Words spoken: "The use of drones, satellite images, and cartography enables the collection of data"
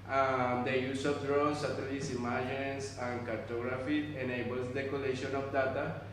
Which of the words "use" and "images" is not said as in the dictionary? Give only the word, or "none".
images